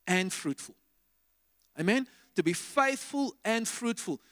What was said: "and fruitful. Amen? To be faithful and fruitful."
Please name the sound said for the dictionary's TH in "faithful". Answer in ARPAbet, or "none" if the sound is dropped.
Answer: TH